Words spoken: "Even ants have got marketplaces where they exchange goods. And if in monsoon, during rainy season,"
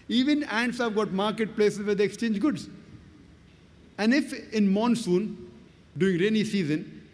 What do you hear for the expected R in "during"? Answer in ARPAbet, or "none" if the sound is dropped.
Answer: none